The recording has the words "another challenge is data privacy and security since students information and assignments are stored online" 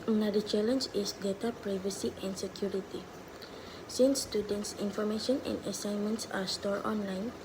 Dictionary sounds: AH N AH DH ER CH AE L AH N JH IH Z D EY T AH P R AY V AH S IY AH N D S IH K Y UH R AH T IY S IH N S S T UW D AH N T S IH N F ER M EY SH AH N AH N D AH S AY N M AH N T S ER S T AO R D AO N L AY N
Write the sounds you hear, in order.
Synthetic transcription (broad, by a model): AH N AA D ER CH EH L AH N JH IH S D EY T AH P R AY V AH S IY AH N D S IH K Y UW R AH T IY S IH N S S T UW D AH N T S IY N F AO M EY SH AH N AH N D AH S AY N M AH N T S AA S T AO R AO N L AY N